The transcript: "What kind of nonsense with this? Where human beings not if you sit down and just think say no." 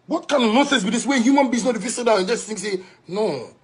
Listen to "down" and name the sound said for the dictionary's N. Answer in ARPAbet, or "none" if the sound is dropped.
none